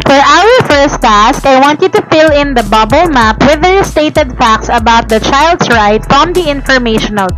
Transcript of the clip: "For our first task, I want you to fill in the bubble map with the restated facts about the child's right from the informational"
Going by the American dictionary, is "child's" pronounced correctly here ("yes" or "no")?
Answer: no